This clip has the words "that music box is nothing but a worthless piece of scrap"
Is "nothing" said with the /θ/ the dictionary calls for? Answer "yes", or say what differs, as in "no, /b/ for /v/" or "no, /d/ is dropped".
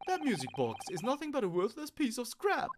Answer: yes